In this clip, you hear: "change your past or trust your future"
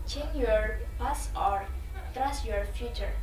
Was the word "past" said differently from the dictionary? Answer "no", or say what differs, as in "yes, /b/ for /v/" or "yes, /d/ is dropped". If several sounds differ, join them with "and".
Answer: yes, /t/ is dropped